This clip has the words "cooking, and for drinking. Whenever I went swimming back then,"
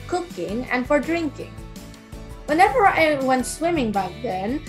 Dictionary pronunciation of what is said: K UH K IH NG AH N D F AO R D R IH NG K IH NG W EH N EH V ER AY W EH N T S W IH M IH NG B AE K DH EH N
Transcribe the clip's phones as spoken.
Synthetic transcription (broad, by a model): K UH K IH NG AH N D F AO R D R IH NG K IH NG W EH N EH V ER AY W EH N T S W IH M IH NG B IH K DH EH N